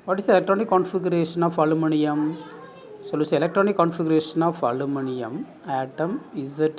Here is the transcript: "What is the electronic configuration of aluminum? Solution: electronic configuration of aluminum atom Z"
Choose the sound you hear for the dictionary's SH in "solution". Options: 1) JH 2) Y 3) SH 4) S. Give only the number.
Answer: 4